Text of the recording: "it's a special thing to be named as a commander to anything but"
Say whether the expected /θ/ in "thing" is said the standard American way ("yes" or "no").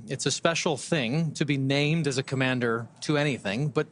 yes